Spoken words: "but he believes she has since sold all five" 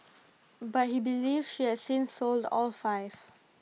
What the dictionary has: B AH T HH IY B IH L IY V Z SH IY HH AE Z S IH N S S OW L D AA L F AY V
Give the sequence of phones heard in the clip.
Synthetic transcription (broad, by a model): B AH T HH IY B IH L IY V SH IY HH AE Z S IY N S S OW L D AA L F AY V